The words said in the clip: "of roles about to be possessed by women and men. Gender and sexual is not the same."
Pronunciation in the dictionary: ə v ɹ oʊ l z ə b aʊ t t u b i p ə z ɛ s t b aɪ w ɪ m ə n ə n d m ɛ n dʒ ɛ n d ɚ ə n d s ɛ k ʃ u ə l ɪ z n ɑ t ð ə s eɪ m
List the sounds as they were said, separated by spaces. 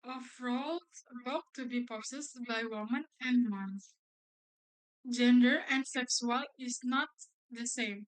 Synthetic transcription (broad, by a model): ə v ɹ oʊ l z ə ʊ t t u b i p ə s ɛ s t b aɪ w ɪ m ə n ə n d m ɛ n dʒ ɛ n d ɚ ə n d s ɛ k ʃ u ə l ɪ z n ɑ t ð ə s eɪ m